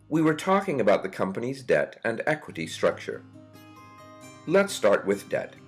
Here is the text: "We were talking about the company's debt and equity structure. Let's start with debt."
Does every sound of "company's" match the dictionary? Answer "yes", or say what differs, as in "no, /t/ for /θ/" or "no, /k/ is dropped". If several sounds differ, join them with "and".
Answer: yes